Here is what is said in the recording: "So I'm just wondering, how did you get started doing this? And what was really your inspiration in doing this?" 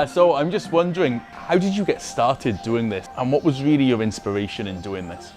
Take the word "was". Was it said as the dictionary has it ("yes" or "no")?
yes